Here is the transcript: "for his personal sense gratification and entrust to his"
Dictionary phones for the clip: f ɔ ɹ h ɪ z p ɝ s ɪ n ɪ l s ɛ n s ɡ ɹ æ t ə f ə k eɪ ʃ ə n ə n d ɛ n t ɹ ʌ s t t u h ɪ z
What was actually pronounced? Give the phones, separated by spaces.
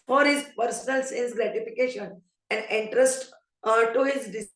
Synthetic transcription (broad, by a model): f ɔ ɹ h ɪ z p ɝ s n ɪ l s ɛ n s ɡ ɹ æ t ə f ə k eɪ ʃ ə n ə n d ɛ n t ɹ ʌ s t t u h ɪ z